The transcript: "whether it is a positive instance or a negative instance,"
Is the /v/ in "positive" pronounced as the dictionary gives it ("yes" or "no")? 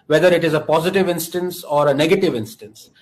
yes